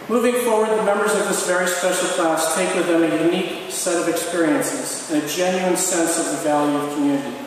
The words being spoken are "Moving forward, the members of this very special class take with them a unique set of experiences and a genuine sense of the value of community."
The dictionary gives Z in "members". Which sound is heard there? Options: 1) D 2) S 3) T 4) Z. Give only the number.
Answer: 4